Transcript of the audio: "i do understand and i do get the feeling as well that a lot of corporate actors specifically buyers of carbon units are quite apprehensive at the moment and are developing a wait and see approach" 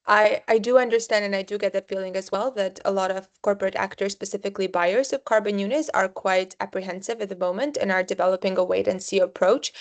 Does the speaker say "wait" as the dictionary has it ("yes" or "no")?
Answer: yes